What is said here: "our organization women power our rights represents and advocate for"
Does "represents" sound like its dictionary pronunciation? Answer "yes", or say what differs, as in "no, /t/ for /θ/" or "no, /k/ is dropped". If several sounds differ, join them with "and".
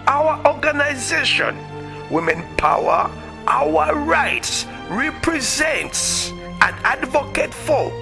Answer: yes